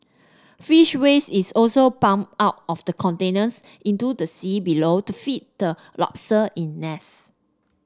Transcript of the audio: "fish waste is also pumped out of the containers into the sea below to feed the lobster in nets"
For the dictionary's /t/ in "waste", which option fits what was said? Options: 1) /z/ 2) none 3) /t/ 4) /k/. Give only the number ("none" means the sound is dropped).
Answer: 2